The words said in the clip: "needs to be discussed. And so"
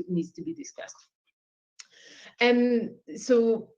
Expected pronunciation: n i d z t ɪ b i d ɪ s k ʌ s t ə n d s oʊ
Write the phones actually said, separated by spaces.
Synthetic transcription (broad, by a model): n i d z t ɪ b i d ɪ s k ʌ s t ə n s oʊ